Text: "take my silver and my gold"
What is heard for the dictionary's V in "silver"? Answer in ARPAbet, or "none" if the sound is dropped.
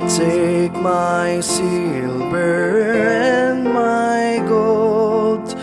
B